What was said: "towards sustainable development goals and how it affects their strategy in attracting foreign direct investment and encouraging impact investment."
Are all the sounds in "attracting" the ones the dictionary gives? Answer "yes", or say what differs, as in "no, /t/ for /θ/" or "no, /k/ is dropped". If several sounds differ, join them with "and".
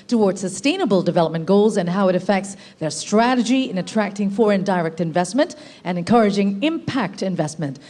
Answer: yes